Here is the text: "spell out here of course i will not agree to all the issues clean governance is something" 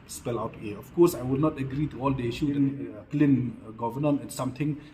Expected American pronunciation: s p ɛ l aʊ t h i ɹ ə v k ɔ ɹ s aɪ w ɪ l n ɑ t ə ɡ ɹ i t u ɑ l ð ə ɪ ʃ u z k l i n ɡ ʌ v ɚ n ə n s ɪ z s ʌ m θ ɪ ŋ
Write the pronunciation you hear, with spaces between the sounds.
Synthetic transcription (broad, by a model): s p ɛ l aʊ t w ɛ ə f k ɔ s aɪ w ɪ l n ɑ t ə ɡ ɹ i t u ɑ l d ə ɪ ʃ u k l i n ɡ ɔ v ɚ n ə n ɪ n s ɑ m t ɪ ŋ